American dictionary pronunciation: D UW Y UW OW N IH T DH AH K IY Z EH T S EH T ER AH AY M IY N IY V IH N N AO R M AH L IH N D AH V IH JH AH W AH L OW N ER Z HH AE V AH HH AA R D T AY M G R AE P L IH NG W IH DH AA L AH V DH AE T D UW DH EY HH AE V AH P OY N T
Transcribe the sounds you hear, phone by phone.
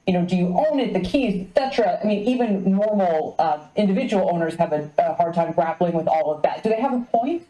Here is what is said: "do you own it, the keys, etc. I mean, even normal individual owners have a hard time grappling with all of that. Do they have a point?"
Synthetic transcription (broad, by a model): D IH Y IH OW N IH T DH AH K IY Z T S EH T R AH AY M IY N IY V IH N N AO R M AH IH N D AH V IH JH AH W L OW N ER Z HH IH V AH HH AA R D T AY M G R AE P L IH NG W IH DH AA L AH V DH AE T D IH DH EY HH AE V AH P OY N T